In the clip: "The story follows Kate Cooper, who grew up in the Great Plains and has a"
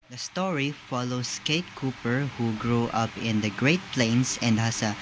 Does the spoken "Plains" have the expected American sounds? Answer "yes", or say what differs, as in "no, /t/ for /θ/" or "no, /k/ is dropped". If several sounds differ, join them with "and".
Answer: no, /s/ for /z/